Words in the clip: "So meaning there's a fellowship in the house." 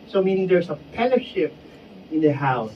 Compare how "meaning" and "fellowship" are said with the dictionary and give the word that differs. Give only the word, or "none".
fellowship